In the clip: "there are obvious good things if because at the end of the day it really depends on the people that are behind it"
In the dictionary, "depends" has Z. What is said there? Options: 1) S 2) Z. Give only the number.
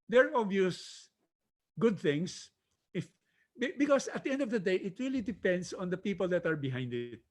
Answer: 1